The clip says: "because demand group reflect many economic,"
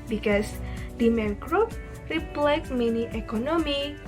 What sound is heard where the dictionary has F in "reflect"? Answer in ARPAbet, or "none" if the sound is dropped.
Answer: P